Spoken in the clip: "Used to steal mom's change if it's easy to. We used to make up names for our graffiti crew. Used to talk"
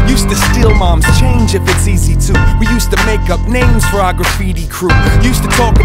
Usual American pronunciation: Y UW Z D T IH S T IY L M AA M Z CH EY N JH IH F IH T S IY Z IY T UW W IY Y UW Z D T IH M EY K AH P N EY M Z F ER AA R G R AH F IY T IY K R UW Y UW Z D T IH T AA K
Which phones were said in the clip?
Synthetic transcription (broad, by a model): Y UW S T IH S T IY L M AA M Z CH EY N JH IH F IH T S IY Z IY T UW W IY Y UW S T IH M EY K AH P N EY M Z F ER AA G R AH F IY T IY K R UW Y UW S T IH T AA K